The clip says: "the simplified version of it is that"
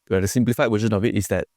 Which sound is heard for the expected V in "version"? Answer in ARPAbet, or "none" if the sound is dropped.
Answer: W